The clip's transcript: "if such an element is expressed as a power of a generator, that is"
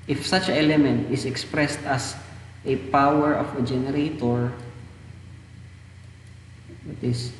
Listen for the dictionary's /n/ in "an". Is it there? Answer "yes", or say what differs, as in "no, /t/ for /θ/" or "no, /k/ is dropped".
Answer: no, /l/ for /n/